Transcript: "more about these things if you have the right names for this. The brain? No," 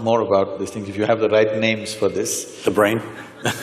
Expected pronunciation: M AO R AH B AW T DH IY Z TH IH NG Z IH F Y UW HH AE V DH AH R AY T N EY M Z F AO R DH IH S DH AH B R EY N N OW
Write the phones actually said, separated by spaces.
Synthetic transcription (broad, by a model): M AO R AH B AW T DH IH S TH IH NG IH F Y UW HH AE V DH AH R AY T N EY M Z F AO R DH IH S DH AH B R EY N N